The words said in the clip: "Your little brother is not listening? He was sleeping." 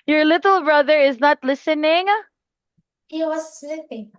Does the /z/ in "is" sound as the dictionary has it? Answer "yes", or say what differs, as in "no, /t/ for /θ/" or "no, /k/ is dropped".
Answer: yes